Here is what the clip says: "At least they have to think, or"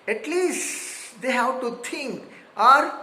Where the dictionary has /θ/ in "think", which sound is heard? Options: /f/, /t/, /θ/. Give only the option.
/t/